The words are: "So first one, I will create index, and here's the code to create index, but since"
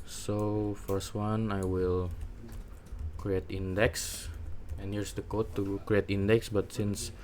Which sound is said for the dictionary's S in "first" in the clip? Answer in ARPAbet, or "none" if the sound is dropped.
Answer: S